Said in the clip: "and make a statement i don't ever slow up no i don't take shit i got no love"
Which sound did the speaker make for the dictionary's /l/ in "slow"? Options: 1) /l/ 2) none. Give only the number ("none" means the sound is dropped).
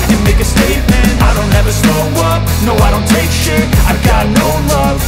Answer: 2